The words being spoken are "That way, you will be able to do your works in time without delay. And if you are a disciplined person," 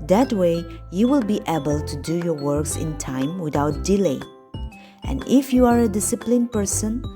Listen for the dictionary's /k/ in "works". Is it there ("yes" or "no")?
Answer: yes